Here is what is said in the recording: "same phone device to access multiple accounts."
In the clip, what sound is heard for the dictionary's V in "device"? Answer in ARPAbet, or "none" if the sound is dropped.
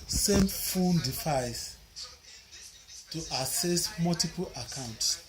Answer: F